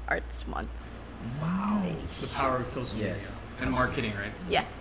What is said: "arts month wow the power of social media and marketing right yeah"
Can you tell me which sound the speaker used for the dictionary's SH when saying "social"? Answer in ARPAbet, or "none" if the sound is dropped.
none